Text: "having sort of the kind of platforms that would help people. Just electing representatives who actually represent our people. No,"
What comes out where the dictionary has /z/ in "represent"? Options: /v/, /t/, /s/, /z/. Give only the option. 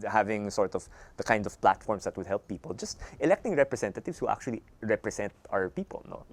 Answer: /s/